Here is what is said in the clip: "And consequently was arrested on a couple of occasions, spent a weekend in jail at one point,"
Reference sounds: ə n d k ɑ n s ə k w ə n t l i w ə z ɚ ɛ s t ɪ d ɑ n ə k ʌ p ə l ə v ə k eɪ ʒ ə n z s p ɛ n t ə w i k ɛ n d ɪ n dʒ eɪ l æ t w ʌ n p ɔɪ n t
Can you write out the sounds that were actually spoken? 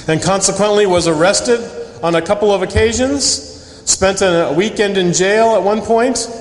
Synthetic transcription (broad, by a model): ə n k ɑ n s ə k w ə n t l i w ə z ɚ ɛ s t ɪ d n ə k ʌ p l ə v ə k eɪ ʒ ə n z s p ɛ n t ə w i k ɛ n d ɪ n dʒ eɪ l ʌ t w ʌ n p ɔɪ n t